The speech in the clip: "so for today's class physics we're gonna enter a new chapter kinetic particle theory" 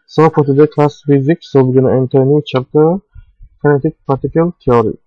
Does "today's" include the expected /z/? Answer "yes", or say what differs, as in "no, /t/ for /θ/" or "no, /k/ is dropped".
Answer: no, /z/ is dropped